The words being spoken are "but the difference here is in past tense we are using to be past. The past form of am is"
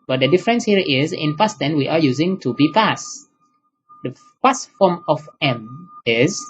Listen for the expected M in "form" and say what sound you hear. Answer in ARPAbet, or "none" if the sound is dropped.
M